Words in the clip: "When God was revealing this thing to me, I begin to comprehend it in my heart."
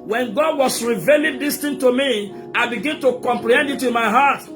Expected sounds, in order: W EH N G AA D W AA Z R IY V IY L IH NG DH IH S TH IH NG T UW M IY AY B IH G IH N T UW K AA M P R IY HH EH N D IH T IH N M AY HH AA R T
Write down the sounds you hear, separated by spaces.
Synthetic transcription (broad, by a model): W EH N G AA D W AA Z R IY V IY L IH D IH S T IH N T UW M IY AY B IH G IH N T UW K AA M P L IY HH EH N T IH T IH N M AY HH AA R T